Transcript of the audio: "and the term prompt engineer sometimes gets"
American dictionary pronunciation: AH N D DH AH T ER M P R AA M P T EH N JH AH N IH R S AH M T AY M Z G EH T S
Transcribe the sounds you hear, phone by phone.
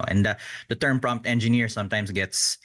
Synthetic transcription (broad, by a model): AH N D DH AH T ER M P R AA M P T EH N JH AH N IH R S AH M T AY M S G EH T S